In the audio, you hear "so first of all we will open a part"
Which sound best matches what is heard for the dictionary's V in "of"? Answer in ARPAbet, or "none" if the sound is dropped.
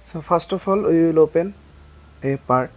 P